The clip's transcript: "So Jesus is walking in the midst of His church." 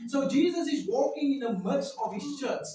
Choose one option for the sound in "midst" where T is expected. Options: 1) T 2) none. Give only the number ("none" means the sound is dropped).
2